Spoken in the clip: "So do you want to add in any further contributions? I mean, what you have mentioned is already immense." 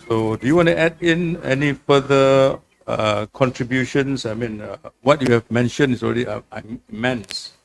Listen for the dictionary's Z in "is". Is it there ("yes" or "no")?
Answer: no